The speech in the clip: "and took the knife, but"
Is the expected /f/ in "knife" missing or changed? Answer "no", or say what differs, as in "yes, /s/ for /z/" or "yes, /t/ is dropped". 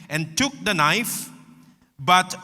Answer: no